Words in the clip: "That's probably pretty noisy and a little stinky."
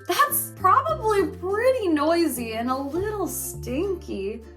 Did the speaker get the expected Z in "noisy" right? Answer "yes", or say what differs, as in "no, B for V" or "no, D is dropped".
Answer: yes